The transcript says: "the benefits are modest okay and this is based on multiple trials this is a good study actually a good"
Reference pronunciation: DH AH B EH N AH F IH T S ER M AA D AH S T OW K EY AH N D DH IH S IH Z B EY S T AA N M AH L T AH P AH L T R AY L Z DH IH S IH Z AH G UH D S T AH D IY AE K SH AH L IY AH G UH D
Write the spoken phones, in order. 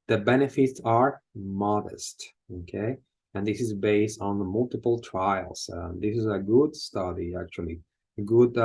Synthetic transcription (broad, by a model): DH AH B EH N AH F IH T S ER M AA D AH S T OW K EY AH N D DH IH S IH Z B EY S T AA N M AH L T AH P L T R AY L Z DH IH S IH Z AH G UH D S T AH D IY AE K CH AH L IY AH G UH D